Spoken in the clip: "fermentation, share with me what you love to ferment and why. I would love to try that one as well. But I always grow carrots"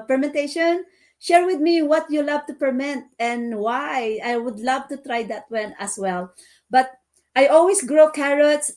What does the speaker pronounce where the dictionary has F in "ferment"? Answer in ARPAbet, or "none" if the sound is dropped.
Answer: P